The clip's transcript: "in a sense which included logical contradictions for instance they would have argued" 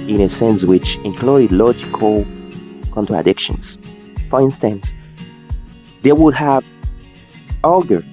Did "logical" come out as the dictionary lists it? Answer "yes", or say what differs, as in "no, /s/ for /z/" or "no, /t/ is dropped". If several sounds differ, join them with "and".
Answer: yes